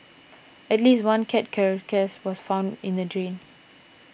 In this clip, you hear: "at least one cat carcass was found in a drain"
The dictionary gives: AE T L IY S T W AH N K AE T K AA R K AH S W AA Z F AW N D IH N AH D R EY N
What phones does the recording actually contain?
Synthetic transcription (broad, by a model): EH T L IY S T W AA N K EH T K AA R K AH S W AA S F AW N D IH N AH D R EY N